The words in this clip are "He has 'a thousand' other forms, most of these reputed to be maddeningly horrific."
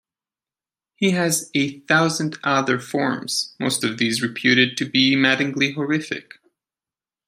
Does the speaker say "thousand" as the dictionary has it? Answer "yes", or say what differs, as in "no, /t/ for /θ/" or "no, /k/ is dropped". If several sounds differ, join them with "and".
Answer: yes